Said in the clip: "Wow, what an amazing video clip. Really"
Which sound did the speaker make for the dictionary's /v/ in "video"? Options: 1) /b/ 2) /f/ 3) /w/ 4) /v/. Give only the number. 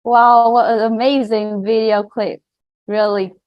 4